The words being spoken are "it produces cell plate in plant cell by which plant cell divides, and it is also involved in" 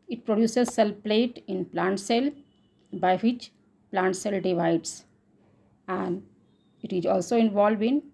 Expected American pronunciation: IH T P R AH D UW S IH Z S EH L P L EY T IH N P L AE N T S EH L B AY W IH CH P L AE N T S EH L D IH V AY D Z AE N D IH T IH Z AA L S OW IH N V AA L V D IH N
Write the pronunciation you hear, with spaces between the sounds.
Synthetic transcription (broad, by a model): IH T P R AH D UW S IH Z S EH L P L EY T IH N P L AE N T S EH L B AY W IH CH P L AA N T S EH L D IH V AY D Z AE N D IH T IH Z AA L S OW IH N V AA L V IH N